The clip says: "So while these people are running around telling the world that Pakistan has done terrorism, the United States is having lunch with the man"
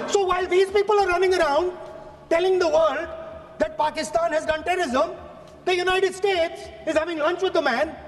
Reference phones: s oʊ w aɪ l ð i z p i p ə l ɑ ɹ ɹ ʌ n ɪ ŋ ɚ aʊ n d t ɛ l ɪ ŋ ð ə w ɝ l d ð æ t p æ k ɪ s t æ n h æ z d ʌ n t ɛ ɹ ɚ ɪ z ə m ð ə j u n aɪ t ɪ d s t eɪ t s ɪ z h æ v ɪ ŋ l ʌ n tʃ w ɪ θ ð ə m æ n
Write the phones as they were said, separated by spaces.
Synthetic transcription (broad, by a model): s oʊ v aɪ l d i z p i p ə l ɑ ɹ ɹ ʌ n ɪ ŋ ɚ aʊ n d t ɛ l ɪ ŋ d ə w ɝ l d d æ t p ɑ k ɪ s t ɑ n h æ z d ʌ n t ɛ ɹ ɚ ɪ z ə m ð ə j u n aɪ t ɪ d s t eɪ t s ɪ z h æ v ɪ ŋ l ʌ n tʃ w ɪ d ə m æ n